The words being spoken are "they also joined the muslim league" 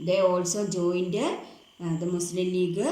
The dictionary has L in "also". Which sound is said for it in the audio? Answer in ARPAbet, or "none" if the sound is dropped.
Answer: L